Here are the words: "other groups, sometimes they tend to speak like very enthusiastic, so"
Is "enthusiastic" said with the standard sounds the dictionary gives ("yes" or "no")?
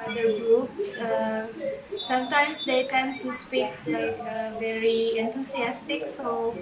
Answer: no